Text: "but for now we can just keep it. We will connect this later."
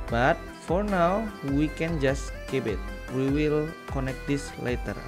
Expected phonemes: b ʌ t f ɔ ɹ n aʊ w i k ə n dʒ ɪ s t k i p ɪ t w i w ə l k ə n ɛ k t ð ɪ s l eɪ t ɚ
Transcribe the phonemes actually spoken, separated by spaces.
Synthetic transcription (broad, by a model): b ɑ t f ɔ ɹ n aʊ w i k ə n dʒ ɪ s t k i b ɪ t w i w ə l k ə n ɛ k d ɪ s l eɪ t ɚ